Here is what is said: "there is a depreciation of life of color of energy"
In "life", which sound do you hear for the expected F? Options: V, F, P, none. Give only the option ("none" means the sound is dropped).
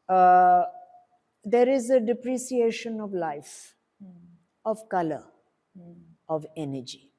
F